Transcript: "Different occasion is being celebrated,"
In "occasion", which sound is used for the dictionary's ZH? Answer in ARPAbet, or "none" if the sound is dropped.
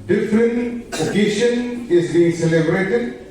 SH